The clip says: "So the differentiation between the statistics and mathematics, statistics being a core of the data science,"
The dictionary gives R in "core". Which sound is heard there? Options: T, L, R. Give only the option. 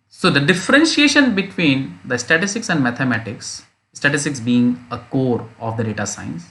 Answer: R